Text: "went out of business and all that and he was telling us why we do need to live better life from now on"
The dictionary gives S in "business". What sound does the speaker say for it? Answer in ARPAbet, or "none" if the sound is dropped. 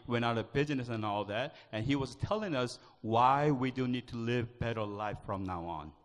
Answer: S